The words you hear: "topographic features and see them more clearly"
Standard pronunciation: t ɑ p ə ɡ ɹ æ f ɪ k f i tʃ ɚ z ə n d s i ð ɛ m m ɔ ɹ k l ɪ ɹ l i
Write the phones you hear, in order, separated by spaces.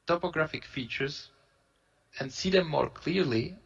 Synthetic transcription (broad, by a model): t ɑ p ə ɡ ɹ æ f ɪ k f i tʃ ɚ z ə n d s i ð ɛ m m ɔ ɹ k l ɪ ɹ l i